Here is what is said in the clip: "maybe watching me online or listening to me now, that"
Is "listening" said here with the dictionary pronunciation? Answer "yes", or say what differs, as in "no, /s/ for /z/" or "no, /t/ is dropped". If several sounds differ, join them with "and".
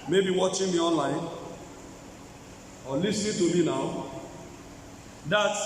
no, /n/ is dropped